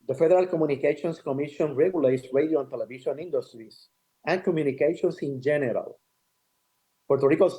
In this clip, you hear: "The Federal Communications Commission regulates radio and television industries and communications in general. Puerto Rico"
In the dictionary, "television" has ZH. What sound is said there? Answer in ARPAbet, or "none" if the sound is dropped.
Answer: SH